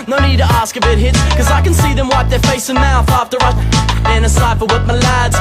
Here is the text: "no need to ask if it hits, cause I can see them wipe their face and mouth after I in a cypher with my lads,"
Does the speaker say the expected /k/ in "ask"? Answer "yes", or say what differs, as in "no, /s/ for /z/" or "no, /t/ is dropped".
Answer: yes